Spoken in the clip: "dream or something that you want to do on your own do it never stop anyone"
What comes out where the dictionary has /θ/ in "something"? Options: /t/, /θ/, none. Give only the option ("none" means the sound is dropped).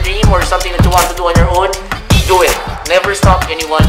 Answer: /t/